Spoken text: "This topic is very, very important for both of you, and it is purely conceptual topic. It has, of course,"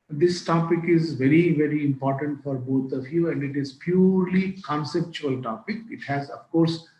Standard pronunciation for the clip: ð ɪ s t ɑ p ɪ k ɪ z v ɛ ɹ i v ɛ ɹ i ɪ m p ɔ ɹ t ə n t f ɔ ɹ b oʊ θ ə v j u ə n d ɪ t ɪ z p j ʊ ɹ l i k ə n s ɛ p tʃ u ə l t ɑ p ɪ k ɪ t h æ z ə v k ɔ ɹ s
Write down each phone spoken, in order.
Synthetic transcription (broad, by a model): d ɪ s t ɑ p ɪ k ɪ z v ɛ ɹ i v ɛ ɹ i ɪ m p ɔ ɹ t ə n t f ɔ ɹ b oʊ t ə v j u ə n d ɪ t ɪ z p j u ɹ l i k ə n s ɛ p tʃ u ə l t ɑ p ɪ k ɪ t h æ z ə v k ɔ ɹ s